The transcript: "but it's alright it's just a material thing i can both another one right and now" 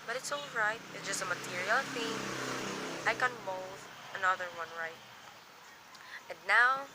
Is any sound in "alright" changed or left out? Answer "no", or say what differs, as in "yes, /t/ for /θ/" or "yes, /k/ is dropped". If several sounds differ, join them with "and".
no